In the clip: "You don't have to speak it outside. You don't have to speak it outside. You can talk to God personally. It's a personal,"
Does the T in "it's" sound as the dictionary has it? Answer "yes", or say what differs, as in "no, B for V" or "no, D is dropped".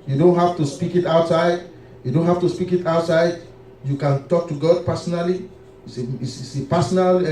no, S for T